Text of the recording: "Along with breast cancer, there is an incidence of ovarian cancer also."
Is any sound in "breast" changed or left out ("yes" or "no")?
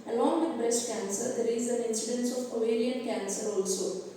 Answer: no